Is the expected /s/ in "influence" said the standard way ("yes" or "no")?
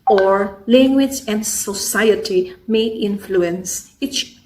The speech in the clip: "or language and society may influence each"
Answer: yes